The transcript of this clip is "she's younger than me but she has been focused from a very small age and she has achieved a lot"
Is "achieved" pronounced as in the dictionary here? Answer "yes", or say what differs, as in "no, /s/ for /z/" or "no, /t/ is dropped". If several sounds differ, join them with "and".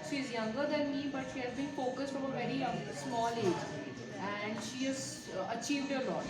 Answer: yes